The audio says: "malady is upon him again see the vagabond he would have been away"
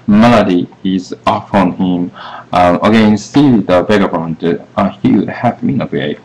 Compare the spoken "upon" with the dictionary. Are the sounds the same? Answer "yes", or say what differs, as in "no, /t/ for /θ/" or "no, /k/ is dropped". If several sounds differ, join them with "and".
no, /f/ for /p/